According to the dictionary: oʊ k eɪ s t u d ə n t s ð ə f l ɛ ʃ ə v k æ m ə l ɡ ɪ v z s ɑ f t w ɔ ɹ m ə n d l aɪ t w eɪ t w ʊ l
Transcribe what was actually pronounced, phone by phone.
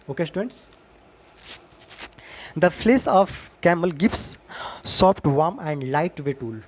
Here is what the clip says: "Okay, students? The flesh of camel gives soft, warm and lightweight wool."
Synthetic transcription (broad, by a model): oʊ k eɪ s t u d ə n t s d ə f l ɛ s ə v k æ m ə l ɡ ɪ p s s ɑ p t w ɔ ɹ m ə n d l aɪ t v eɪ t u l